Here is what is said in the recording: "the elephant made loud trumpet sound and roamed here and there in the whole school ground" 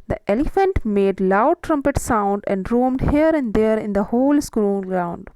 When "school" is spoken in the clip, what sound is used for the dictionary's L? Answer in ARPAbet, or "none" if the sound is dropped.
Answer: N